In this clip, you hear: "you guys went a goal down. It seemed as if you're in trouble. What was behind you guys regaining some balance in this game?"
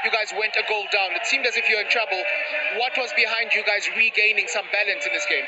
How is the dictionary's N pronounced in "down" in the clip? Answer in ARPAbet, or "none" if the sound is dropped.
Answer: N